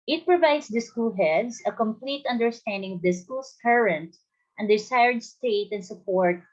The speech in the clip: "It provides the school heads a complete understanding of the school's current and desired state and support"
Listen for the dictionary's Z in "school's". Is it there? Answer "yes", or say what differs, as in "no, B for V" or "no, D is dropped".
no, S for Z